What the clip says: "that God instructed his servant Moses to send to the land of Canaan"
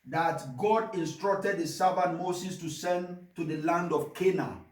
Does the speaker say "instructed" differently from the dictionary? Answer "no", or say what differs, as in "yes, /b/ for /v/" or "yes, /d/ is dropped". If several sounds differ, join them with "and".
no